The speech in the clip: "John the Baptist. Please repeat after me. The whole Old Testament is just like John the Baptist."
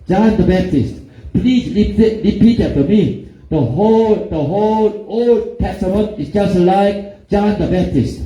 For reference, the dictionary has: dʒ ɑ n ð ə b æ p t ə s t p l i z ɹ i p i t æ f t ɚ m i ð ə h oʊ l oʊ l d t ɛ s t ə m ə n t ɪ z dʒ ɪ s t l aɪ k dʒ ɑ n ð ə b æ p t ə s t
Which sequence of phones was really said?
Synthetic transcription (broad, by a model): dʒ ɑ n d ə b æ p t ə s t p l i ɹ ɹ i p i t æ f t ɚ m i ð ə h oʊ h oʊ l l t ɛ s t ə m ə n t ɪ s dʒ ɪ s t l aɪ k dʒ ɑ n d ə b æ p t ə s t